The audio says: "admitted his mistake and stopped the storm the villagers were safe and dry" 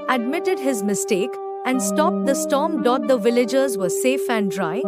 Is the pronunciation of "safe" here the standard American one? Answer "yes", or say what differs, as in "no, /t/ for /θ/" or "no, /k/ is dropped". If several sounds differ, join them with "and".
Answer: yes